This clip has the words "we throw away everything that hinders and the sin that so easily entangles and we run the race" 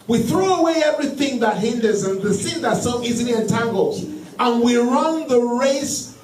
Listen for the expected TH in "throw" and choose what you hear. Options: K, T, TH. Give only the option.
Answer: TH